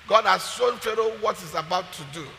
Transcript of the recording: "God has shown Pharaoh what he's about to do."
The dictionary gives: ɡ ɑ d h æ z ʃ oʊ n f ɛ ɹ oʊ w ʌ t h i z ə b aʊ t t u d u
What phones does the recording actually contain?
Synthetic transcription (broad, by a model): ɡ ɑ d h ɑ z s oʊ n f ɛ ɹ oʊ w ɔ t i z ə b aʊ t t u d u